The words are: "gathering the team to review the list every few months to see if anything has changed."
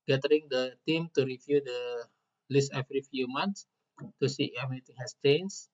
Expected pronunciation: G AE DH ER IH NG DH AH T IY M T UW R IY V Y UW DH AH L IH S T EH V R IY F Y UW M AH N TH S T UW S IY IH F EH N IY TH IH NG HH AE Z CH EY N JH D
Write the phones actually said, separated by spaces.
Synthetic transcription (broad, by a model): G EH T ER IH NG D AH T IY M T UW R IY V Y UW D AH L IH S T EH F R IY F Y UW M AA N T S T UW S IY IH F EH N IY T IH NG HH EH S CH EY N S